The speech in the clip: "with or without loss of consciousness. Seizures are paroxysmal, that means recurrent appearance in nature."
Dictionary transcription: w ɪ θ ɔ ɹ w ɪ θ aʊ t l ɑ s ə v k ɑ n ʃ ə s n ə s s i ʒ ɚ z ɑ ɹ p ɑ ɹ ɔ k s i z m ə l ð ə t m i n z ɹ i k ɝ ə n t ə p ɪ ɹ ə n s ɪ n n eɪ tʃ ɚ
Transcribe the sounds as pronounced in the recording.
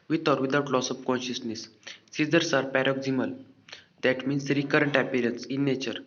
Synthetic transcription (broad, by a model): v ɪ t ɔ ɹ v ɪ t aʊ t l ɑ s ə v k ɑ n ʃ ə s n ə s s i z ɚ s ɑ ɹ p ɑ ɹ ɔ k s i m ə l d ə t m i n s ɹ i k ɝ ə n t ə p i ɹ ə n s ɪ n n eɪ tʃ ɚ